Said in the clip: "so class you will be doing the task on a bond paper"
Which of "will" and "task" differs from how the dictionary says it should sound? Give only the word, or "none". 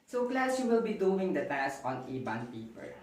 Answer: task